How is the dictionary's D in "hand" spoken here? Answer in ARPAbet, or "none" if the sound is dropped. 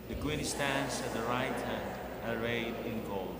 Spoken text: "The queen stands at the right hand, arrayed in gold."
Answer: D